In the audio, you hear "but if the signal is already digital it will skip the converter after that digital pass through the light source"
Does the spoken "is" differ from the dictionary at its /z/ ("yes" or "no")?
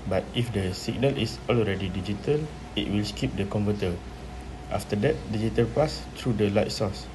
yes